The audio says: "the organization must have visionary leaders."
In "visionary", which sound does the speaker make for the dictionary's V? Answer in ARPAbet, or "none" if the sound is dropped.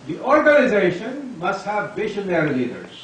B